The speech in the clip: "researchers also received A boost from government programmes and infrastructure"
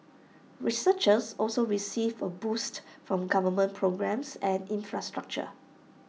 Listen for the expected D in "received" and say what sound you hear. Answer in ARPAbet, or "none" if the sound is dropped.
none